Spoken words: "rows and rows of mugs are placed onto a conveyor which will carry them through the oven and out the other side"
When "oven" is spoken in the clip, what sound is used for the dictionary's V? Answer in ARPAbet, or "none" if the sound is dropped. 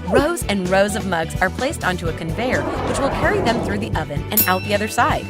V